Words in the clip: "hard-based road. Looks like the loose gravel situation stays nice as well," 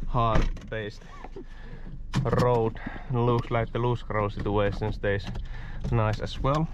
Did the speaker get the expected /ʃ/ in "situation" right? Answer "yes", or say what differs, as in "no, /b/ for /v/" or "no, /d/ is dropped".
no, /s/ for /ʃ/